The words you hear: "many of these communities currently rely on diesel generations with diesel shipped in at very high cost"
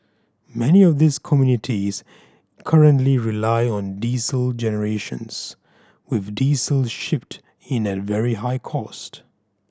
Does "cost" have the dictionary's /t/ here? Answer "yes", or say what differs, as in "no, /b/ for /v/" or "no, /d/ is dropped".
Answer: yes